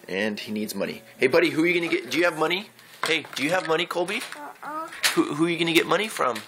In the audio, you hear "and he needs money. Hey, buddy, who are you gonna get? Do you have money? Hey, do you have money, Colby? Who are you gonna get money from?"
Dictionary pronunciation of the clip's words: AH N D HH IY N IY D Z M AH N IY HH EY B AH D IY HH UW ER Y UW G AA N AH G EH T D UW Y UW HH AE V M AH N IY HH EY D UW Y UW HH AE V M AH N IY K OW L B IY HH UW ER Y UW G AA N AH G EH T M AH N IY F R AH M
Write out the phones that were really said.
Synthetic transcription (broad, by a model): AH N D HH IY N IY D Z M AH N IY HH EY B AH D IY HH UW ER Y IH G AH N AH G EH T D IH Y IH V M AH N IY HH EY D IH Y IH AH V M AH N IY K OW L B IY HH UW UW Y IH G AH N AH G EH T M AH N IY F R AH M